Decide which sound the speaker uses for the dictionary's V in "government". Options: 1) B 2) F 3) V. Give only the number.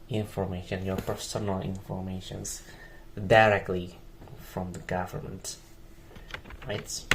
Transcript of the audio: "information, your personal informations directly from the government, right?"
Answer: 3